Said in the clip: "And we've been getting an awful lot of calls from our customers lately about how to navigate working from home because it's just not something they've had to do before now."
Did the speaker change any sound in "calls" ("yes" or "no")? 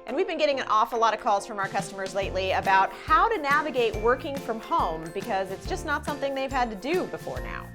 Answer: no